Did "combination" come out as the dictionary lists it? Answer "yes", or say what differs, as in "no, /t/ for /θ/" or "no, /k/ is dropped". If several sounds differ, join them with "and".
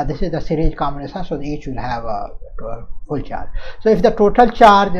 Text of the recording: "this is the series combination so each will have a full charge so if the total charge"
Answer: no, /b/ is dropped and /s/ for /ʃ/